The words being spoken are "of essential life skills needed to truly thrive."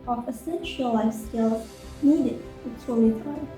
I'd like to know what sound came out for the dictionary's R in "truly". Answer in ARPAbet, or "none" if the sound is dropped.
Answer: none